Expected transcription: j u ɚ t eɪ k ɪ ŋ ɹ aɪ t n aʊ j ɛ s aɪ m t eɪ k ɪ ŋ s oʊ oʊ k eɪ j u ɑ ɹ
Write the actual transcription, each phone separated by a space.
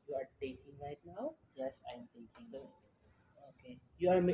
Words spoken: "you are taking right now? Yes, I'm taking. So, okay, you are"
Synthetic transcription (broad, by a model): j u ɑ t eɪ k ɪ ŋ l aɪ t n aʊ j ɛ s aɪ m t eɪ k ɪ ŋ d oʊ oʊ k eɪ j u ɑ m